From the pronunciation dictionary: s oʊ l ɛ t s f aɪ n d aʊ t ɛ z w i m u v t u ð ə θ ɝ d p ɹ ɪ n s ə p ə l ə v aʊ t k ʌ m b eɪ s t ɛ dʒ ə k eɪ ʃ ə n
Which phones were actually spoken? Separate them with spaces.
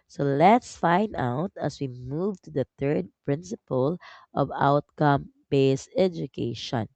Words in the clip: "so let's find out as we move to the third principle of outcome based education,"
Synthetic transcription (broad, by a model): s oʊ l ɛ t s f aɪ n d aʊ t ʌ s w i m u v t u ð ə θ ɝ d p ɹ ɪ n s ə p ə l ə v aʊ t k ʌ m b eɪ s ɛ dʒ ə k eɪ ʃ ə n